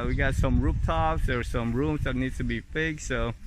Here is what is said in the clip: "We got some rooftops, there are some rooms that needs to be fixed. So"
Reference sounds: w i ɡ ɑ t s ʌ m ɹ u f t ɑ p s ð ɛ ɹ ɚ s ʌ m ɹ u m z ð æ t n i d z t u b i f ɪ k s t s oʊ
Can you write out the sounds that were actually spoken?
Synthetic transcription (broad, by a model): w i ɡ ɑ t s ʌ m ɹ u p t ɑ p s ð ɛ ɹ s ʌ m ɹ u m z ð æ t n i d t u b i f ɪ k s s oʊ